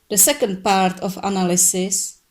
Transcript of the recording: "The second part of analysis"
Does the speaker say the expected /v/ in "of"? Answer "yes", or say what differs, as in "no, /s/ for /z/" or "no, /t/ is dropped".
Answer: no, /f/ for /v/